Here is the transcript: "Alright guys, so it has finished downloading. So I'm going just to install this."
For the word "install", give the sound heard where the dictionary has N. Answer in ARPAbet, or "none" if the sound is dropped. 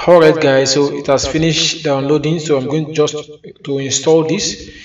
N